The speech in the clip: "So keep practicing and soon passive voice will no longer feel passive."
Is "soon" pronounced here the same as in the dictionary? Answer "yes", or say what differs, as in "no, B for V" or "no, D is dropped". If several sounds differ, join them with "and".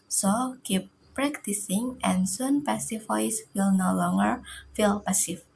yes